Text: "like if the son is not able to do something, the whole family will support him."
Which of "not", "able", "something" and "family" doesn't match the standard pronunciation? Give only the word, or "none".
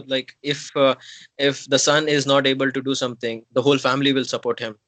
something